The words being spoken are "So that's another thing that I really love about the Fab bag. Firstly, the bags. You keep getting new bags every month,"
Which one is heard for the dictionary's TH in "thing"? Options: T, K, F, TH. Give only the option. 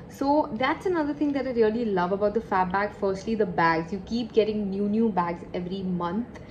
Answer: T